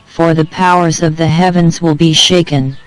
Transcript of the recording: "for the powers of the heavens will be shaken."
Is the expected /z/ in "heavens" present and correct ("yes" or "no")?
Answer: yes